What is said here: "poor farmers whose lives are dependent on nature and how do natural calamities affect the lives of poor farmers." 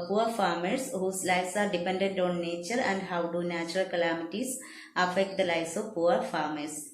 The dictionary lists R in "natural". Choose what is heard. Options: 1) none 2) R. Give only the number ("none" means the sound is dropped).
2